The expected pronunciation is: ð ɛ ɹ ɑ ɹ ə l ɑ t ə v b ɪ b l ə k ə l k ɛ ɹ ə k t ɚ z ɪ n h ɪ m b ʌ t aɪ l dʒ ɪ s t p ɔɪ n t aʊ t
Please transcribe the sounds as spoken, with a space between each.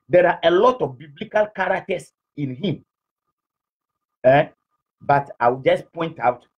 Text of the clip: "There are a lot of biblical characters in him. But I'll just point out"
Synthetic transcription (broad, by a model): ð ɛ ɹ ɑ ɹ ə l ɑ t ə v b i b l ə k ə l k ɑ ɹ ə k t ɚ s ɪ n h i m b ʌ t aɪ w dʒ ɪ s p ɔɪ n t aʊ t